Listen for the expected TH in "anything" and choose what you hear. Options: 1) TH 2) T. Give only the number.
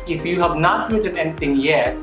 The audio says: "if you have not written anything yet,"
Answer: 2